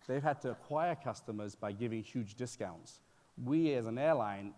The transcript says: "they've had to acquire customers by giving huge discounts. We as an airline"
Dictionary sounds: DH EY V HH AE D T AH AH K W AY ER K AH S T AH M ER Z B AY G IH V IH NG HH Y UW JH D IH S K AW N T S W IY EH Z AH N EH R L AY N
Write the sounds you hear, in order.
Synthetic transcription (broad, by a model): DH EY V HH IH D T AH AH K W AY ER K AH S T AH M ER Z B AY G IH V IH NG HH Y UW JH D IH S K AW N T S W IY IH Z AH N EH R L AY N